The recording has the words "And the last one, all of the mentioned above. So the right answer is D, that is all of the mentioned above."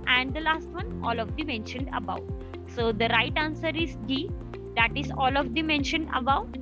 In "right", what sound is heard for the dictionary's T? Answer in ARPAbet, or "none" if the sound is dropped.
T